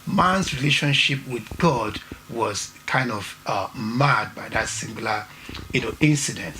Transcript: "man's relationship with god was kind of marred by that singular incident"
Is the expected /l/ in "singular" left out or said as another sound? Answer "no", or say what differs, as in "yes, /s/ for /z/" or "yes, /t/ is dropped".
yes, /n/ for /l/